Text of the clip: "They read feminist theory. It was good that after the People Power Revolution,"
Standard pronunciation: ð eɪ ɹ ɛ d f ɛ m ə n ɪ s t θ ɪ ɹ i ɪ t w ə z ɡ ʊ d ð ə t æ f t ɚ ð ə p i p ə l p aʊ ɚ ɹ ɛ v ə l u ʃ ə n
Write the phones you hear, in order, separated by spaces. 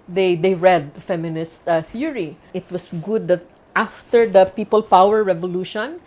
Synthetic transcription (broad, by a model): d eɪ ɹ ɛ d f ɛ m ə n ɪ s t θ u ɹ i ɪ t w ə s ɡ ʊ d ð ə t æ f t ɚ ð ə p i p ə l p aʊ ɚ ɹ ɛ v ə l u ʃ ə n